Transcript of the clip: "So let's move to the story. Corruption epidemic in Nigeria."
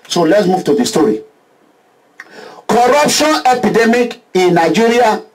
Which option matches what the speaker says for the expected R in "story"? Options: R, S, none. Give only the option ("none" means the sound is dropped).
R